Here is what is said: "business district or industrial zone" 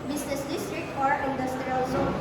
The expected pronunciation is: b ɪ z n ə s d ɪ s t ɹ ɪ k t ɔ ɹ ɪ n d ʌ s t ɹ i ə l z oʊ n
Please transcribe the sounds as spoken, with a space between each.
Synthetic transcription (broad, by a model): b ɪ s n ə s d ɪ s t ɹ ɪ k t ɔ ɹ ɪ n d ʌ s t ɹ i ə l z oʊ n